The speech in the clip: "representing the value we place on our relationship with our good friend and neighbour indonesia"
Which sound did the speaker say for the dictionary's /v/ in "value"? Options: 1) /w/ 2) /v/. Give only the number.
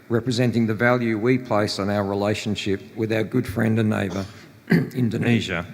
2